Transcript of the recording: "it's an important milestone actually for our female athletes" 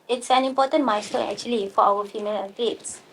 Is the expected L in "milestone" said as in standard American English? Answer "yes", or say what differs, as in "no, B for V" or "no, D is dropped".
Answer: no, L is dropped